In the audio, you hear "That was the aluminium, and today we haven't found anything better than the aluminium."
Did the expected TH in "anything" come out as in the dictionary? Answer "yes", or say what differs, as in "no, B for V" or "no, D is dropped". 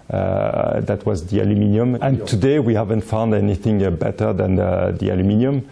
yes